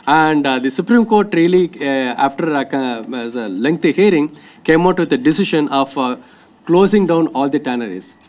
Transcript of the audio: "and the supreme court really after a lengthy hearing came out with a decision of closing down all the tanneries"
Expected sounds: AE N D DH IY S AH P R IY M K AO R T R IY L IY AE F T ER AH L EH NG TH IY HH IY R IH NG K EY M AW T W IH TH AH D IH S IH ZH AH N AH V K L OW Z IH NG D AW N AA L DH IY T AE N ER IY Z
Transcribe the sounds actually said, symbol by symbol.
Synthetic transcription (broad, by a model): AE N D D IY S AH P R IY M K AO R T R IY L IY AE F T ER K L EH NG T IY HH IY R IH NG K EY M AW T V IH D AH D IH S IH SH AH N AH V K L OW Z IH NG D AW N AA L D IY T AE N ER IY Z